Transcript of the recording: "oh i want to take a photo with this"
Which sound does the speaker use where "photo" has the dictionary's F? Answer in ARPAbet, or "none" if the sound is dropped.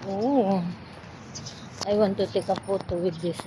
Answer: P